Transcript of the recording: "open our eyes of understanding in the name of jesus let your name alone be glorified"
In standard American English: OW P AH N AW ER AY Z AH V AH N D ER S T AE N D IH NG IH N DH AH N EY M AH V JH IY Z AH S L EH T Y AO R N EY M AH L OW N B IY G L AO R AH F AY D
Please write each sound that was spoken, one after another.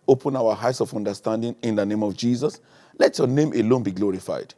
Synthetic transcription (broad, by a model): OW P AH N AW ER AY S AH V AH N D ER S T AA N D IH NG IH N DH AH N EY M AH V JH IY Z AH S L EH T Y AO N EY M AH L OW N B IY G L AO R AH F AY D